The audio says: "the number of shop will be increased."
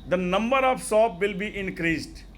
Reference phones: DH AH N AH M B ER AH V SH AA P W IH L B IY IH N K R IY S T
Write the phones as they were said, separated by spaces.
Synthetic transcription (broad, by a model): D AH N AH M B ER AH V S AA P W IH L B IY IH N K R IY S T